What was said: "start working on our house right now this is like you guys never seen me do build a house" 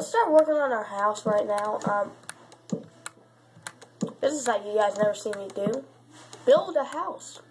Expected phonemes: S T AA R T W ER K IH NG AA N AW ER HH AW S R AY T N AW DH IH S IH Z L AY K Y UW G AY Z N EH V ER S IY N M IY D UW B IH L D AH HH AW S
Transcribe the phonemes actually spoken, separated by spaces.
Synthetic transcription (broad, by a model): S T AA R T W ER K IH NG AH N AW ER HH AW S R AY T N AW DH IH S IH Z L AY K Y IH G AY Z N EH V ER S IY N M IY D UW B IH L D AH HH AW S